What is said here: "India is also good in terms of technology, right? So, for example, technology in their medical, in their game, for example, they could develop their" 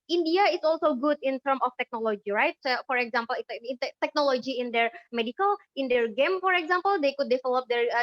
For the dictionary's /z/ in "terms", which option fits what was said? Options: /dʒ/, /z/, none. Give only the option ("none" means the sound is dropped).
none